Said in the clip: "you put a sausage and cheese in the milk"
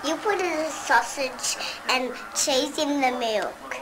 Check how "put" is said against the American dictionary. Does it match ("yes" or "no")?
yes